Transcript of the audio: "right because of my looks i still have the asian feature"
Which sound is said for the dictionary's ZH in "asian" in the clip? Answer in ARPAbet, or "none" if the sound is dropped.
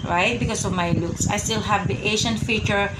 SH